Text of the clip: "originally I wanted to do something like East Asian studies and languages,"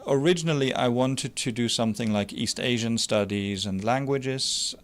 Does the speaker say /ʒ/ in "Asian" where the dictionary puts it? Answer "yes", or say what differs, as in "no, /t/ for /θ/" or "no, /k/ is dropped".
yes